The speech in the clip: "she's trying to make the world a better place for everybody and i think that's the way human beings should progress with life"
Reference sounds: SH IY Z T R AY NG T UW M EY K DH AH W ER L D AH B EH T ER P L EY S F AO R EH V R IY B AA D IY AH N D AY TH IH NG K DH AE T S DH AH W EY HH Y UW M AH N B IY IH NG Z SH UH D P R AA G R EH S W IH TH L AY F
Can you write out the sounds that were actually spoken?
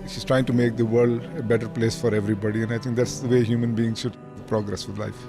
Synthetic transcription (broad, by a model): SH IY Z T R AY NG T UW M EY K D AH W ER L D AH B EH T ER P L EY S F AO R EH V R IY B AA D IY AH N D AY T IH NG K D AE T S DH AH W EY HH Y UW M AH N B IY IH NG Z SH UH D P R AA G R EH S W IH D L AY F